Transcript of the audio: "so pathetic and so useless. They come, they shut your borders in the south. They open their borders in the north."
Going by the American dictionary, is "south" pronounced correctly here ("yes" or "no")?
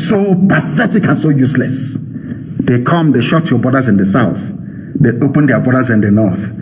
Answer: yes